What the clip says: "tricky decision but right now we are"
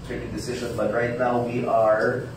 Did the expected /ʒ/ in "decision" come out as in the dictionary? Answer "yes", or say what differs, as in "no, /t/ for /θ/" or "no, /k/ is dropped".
yes